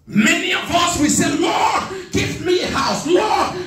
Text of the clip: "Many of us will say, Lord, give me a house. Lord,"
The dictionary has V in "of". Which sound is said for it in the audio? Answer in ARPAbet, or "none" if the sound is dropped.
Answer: V